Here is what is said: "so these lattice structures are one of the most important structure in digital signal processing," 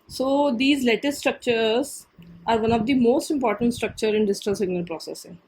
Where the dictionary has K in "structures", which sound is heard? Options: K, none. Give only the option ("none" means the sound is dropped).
K